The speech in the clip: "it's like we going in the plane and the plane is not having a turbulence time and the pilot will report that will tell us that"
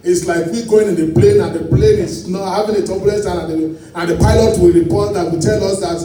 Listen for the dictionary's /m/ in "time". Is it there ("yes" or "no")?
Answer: no